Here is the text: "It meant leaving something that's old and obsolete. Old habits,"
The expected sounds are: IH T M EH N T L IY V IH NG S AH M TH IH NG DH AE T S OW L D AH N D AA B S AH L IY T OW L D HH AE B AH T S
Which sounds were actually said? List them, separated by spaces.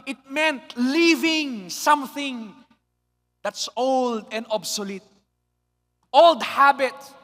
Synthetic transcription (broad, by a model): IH T M EH N T L IY V IH NG S AH M TH IH NG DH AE T S OW L D AH N D AA B S AH L IY T OW L D HH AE B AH T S